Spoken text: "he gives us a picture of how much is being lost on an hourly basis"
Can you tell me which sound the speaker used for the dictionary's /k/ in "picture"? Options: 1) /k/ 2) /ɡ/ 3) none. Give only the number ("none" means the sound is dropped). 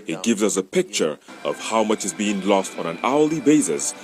1